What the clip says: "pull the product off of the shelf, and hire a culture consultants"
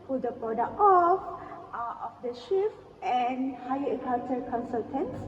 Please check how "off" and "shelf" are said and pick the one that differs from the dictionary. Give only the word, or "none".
shelf